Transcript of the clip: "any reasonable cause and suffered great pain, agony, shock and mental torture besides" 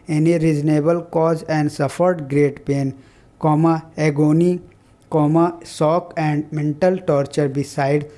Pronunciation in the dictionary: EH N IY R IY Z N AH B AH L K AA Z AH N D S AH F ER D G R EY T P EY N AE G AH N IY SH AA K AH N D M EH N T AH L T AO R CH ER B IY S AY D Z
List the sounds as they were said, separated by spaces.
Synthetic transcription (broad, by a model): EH N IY R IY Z N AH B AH L K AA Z AH N D S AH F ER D G R EY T P EY N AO G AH N IY S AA K AH N D M EH N T AH L T AO R CH ER B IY S AY D